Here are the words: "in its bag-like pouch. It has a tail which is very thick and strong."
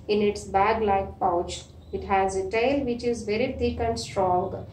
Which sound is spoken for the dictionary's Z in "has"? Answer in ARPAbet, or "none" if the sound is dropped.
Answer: Z